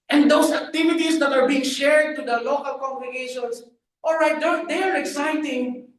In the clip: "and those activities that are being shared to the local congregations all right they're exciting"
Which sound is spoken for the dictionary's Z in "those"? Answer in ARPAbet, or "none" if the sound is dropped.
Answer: S